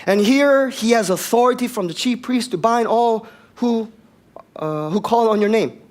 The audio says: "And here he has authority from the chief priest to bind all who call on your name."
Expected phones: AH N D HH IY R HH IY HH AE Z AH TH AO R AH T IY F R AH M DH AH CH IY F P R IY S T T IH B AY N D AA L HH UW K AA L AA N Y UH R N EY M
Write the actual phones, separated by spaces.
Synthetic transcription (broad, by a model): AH N HH IY R HH IY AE Z AH TH AO R AH T IY F R AH M DH AH CH IY F P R IY S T T IH B AY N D AA L HH UW K AA L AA N Y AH R N EY M